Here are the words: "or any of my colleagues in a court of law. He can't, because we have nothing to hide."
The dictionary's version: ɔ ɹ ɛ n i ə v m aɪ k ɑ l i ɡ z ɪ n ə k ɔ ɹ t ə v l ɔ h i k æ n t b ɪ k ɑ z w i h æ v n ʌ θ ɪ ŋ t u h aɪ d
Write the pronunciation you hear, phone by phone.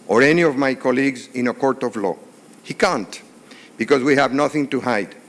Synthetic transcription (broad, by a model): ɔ ɹ ɛ n i ə v m aɪ k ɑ l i ɡ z ɪ n ə k ɔ ɹ t ə v l ɔ h i k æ n t b ɪ k ɑ z w i h æ v n ʌ θ ɪ ŋ t u h aɪ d